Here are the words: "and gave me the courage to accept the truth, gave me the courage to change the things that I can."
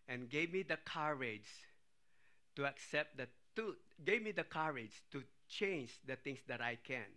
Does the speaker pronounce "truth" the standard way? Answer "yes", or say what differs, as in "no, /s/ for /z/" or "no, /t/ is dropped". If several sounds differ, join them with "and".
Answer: no, /ɹ/ is dropped